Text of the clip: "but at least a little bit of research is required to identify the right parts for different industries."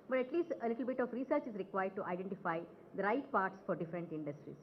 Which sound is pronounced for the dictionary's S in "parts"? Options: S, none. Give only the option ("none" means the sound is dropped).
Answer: S